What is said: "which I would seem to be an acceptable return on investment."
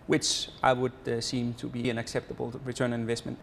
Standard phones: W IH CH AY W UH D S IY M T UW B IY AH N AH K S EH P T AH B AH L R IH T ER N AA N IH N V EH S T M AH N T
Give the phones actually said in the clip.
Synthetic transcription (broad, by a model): W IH CH AY W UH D S IY M T UW B IY AH N AH K S EH P T AH B AH L R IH T ER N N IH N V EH S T M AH N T